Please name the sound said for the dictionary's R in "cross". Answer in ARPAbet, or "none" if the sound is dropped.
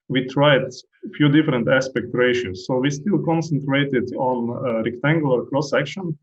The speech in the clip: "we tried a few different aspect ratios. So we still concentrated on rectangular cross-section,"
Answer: L